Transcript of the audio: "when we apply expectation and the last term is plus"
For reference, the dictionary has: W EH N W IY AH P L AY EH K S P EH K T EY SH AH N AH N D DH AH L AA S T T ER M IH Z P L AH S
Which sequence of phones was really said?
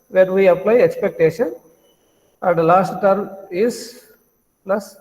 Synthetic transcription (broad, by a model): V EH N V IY AH P L AY EH K S P EH K T EY SH AH N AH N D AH L AA S T T ER M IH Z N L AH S